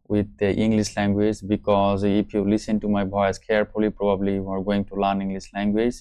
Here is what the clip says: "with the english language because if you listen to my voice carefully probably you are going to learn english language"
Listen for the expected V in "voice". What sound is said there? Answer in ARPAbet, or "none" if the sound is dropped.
B